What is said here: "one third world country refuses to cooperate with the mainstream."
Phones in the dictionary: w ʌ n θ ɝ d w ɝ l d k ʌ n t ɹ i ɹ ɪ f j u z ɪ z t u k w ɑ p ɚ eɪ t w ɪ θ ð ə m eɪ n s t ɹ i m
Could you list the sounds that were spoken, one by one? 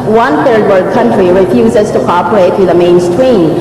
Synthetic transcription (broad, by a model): w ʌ n θ ɝ d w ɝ d k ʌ n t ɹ i ɹ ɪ f j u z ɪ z t u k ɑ p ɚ eɪ t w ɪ ð ə m eɪ n s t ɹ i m